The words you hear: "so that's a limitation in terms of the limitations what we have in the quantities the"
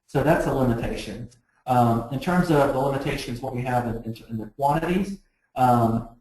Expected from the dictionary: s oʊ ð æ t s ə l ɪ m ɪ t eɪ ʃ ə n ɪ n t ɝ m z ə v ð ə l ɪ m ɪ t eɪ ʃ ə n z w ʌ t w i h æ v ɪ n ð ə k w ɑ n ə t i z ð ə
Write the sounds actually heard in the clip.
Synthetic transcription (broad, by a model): s oʊ ð æ t s ə l ɪ m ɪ t eɪ ʃ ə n ɪ n t ɝ m z ə v ð ə l ɪ m ɪ t eɪ ʃ ə n z w ʌ t w i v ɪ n ɪ n ð ə k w ɑ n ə t i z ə